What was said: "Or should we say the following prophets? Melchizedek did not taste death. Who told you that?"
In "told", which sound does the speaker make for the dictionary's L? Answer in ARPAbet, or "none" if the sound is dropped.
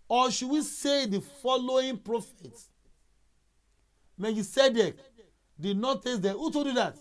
none